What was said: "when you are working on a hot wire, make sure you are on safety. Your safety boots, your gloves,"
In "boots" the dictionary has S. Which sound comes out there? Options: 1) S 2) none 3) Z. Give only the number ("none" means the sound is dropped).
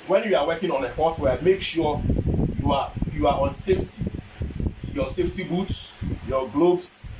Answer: 1